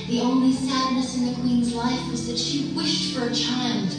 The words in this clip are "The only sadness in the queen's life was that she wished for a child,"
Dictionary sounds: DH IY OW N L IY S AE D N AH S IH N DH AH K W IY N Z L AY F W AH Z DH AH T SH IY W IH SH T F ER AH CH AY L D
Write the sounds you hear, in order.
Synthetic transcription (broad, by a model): DH IY OW N L IY S AE D N AH S IH N DH AH K W IY N Z L AY F W AH Z DH AH T SH IY W IH SH T F ER AH CH AY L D